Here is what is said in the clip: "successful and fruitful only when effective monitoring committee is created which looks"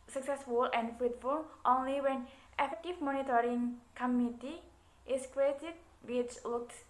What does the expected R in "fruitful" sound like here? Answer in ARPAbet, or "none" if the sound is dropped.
none